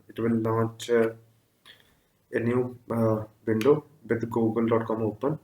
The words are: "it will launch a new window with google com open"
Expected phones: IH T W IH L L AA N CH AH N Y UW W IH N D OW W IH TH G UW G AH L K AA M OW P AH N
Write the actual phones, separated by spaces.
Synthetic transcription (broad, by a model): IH T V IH L N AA CH AH N Y UW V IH N D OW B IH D G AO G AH L K AA M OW P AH N